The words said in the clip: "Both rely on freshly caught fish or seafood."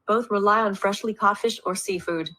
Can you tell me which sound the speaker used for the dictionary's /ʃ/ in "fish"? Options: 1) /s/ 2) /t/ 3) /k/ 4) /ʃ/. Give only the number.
4